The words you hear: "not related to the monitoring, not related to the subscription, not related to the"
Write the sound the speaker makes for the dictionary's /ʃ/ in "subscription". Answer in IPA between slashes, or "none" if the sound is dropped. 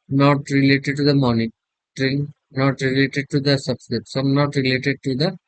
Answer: /s/